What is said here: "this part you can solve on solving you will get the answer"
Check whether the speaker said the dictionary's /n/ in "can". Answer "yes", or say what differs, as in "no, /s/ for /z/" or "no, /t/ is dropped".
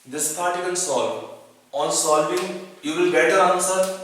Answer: no, /l/ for /n/